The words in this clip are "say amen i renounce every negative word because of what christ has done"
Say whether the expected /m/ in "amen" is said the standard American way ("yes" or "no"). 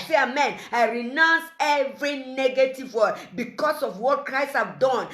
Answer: yes